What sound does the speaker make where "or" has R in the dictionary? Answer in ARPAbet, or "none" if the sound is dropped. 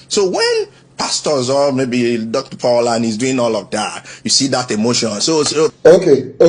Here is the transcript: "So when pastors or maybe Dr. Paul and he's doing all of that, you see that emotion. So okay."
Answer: L